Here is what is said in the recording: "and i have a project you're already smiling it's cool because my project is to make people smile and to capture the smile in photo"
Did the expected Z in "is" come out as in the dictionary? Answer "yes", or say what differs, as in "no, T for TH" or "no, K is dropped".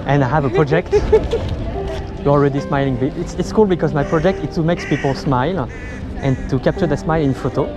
no, S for Z